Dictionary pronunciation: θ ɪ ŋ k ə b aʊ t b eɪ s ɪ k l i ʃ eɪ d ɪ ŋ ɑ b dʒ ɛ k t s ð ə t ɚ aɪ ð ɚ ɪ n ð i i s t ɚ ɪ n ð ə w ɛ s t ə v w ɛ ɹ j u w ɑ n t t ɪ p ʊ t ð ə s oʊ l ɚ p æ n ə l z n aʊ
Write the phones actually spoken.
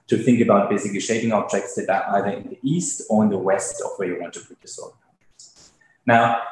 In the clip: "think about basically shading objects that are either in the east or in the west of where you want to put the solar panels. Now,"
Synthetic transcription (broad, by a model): θ ɪ ŋ k ə b aʊ t b eɪ s ɪ k l i ʃ eɪ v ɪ ŋ ɑ b dʒ ɛ k t s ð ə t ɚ aɪ ð ɚ ɪ n ð i i s t ɚ ɪ n ð ə w ɛ s t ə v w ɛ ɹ j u w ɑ n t t ɪ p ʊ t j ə s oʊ ɚ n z n aʊ